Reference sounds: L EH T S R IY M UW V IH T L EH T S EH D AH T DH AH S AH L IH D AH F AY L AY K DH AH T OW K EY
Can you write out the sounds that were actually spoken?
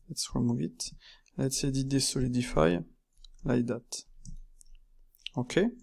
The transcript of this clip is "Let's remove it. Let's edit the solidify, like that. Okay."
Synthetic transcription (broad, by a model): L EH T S W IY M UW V IH T L EH T S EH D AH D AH S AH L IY D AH F AY L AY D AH T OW K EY